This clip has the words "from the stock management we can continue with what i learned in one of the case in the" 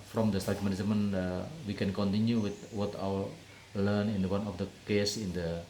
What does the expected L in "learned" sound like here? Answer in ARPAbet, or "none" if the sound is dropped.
W